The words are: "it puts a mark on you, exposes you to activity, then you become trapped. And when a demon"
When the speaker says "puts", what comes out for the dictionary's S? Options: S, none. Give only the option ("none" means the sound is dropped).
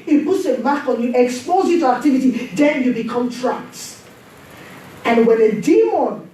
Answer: S